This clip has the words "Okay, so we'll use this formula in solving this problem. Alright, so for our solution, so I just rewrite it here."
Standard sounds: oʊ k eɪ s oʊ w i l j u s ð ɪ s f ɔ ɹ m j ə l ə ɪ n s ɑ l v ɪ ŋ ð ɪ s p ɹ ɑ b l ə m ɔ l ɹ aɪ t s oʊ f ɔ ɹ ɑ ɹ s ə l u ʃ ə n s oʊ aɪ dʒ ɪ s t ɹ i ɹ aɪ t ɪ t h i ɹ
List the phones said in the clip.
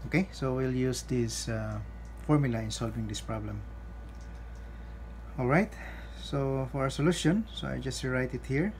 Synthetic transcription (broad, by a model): oʊ k eɪ s oʊ w i l j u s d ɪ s f ɔ ɹ m j ə l ə ɪ n s ɑ l v ɪ ŋ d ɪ s p ɹ ɑ b l ə m ɔ l ɹ aɪ t s oʊ f ɔ ɹ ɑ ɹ s ə l u ʃ ə n s oʊ aɪ dʒ ɪ s t ɹ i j t ɪ t h i ɹ